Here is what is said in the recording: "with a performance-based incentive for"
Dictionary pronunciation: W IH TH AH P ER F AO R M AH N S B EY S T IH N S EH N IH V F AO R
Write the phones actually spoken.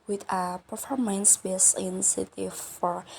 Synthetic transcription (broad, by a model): W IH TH AH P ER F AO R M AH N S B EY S IH N S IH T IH F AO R